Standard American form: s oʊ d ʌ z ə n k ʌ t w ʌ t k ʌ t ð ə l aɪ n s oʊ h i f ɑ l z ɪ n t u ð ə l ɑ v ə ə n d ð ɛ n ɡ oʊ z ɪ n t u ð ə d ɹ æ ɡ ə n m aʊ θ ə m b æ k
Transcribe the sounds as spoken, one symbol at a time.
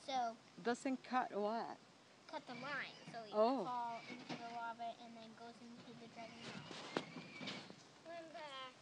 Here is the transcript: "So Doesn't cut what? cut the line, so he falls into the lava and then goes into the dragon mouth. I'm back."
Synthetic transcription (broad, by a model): s oʊ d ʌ s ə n k ʌ t w ʌ t k ʌ t ð ə l aɪ n s oʊ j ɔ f ɑ l ɪ n t u ð ə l ɑ b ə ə n ð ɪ n ɡ oʊ z ɪ n t u ð ə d ɹ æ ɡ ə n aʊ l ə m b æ